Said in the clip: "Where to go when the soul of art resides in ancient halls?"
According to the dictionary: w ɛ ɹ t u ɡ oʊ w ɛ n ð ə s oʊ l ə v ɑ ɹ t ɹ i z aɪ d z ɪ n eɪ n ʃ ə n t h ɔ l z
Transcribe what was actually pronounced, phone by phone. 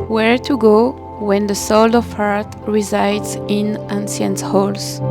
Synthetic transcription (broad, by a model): w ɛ ɹ t u ɡ oʊ w ɛ n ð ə s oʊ l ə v ɑ ɹ t ɹ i z aɪ d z ɪ n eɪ n s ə n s h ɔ l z